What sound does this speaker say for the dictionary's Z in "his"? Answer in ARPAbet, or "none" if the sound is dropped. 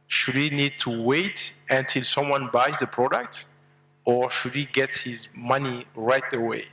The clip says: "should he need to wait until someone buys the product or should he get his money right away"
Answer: Z